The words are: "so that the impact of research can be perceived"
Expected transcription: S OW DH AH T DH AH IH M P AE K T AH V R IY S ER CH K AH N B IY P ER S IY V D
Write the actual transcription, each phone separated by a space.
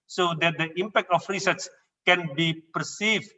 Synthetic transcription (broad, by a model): S OW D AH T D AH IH M P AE K T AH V R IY S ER S K AH N B IY P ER S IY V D